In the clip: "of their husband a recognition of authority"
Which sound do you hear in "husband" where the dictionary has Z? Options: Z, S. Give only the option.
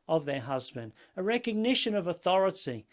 Z